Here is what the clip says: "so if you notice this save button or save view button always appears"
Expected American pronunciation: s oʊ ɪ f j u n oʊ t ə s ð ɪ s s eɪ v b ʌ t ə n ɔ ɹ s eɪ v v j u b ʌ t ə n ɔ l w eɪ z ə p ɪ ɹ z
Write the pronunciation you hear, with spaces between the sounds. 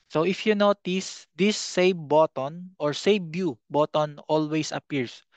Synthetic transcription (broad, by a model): s oʊ ɪ f j u n oʊ t ə s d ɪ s s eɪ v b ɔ t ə n ɔ ɹ s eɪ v b j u b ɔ t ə n ɔ l w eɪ s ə p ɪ ɹ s